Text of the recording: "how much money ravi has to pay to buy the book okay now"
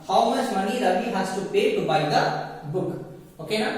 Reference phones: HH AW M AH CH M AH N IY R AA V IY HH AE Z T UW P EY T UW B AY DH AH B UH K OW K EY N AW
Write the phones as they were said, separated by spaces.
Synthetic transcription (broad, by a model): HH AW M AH S M AH N IY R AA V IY HH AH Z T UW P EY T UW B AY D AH B UH K OW K EY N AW